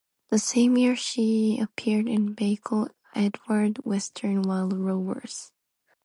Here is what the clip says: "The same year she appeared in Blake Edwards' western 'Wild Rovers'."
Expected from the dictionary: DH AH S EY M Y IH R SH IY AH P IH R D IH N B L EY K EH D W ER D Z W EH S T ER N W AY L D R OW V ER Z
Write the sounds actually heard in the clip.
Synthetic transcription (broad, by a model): DH AH S EY M Y IH R SH IY AH P IH R D IH N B EY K EH D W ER D W EH S T ER N W AY L D R OW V ER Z